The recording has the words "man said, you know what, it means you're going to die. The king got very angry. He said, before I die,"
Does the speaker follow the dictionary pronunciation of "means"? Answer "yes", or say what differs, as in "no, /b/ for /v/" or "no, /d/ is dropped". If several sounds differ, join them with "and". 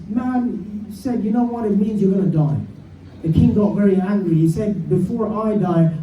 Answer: yes